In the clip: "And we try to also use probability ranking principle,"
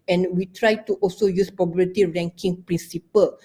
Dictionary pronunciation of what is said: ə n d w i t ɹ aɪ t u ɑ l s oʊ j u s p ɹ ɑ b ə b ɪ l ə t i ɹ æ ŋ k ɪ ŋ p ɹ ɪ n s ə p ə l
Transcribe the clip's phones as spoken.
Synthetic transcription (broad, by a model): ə n w i t ɹ aɪ t u ɑ l s oʊ j u s p ɑ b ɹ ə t i ɹ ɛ ŋ k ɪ ŋ p ɹ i n s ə p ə l